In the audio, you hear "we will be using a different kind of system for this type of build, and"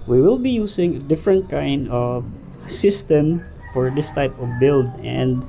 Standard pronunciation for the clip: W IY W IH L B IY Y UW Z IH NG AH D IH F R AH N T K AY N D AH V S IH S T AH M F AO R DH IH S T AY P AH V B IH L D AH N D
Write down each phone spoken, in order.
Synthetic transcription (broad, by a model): W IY W IH L B IY Y UW S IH NG AH D IH F R AH N T K AY N D AH V S IH S T AH M F AO R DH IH S T AY P AH V B IH L D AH N D